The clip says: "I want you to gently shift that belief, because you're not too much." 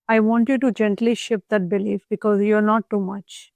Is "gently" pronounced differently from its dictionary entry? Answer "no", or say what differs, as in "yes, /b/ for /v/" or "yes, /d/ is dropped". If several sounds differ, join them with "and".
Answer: no